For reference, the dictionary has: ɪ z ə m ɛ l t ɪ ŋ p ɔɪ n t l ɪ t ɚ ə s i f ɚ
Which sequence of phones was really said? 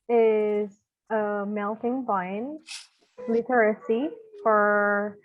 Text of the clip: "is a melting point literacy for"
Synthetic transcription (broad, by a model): ɪ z ə m ɛ l t ɪ ŋ b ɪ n l ɪ t ɚ ə s i f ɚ